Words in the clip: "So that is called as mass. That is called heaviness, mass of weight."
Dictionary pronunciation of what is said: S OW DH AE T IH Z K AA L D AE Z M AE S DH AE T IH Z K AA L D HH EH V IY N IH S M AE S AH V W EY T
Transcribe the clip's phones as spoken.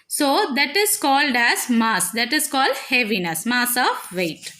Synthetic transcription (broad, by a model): S OW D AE T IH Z K AA L D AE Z M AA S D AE T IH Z K AA L D HH EH V IY N IH S M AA S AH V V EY T